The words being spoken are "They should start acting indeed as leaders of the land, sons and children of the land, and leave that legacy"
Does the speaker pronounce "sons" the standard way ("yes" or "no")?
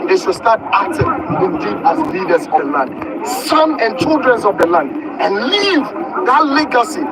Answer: no